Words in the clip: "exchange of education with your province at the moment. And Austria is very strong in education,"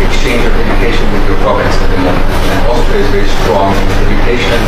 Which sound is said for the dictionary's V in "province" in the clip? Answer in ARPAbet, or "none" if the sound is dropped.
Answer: B